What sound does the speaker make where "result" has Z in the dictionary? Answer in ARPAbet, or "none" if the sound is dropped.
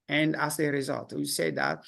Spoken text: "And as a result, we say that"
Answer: Z